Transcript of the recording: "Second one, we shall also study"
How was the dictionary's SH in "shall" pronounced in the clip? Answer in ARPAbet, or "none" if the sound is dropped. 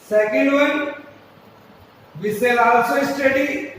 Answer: S